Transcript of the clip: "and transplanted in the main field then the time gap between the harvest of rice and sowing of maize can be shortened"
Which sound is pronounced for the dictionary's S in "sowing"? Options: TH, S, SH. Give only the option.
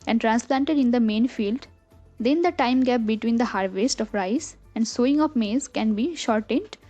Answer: S